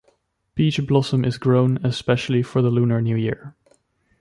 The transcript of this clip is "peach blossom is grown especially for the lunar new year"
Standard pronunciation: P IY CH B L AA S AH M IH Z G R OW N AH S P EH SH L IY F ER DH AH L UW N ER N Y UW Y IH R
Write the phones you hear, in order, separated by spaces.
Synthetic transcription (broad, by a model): B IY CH B L AA S AH M IH Z G R OW N AH S P EH SH L IY F ER DH AH L UW N ER N Y UW Y IH R